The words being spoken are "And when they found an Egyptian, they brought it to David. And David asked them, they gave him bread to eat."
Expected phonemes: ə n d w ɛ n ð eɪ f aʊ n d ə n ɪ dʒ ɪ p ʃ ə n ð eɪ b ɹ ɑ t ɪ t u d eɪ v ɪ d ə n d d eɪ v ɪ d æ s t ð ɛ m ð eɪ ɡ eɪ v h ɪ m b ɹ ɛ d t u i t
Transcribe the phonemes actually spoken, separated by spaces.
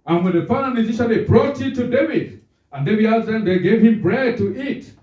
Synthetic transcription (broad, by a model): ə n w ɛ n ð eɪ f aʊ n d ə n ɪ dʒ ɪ ʃ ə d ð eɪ b ɹ ɑ t ɪ t u d eɪ v ɪ d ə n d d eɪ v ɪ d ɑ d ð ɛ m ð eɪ ɡ eɪ v h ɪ m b ɹ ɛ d t u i t